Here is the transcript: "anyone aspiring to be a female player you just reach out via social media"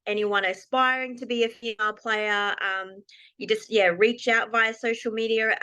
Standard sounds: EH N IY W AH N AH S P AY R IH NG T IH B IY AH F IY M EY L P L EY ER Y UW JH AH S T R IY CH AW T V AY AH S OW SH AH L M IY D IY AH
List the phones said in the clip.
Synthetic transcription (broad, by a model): EH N IY W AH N AH S P AY R IH NG T IH B IY AH F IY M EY L P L EY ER Y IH JH AH S T R IY CH AW T V AY AH S OW SH L M IY D IY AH